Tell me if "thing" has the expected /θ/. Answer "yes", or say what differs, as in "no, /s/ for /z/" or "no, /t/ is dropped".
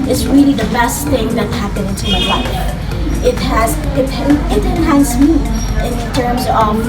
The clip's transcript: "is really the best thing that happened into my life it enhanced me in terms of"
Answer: yes